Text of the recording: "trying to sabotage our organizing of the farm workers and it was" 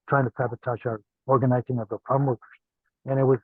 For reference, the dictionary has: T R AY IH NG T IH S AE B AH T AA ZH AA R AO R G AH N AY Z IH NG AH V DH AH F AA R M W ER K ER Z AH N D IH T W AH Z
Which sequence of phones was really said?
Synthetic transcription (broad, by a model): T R AY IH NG T IH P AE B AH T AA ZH AA R AO R G AH N AY Z IH NG AH V DH AH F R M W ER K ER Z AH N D IH T W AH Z